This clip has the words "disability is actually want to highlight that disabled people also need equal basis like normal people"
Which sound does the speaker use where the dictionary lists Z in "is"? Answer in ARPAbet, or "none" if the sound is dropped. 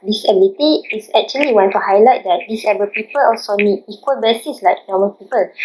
S